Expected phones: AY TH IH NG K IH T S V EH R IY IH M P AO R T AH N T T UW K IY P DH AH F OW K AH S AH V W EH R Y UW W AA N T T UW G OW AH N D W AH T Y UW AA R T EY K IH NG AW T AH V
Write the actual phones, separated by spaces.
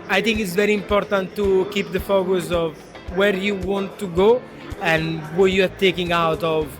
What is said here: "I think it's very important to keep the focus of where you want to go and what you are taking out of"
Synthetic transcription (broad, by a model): AY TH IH NG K IH T S V EH R IY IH M P AO R T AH N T T UW K IY P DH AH F OW K AH S AH V W EH R Y UW W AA N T T UW G OW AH N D W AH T Y UW AA R T EY K IH NG AW T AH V